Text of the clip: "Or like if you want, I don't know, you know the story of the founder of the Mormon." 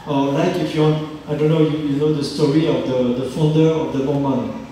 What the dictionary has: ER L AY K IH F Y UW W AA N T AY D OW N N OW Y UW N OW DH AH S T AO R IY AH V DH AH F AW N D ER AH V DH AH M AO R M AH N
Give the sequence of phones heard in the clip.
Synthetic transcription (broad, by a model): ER L AY K IH F Y UW W AA N T AY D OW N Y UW Y UW N OW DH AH S T AO R IY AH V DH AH F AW N D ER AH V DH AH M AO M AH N